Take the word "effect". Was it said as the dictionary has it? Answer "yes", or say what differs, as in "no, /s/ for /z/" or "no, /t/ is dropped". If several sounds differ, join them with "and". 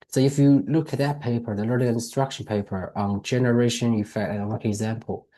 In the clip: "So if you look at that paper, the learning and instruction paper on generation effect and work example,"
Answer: no, /k/ is dropped